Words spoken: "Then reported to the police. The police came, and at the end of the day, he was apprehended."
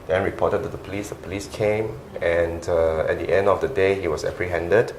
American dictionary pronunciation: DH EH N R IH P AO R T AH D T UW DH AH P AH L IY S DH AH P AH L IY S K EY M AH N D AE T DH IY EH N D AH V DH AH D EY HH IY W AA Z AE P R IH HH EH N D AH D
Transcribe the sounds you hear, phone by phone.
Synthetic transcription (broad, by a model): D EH N R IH P AO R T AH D T UW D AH P AH L IY S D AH P AH L IY S K EY M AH N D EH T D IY EH N D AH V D AH D EY HH IY W AA S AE P R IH HH EH N D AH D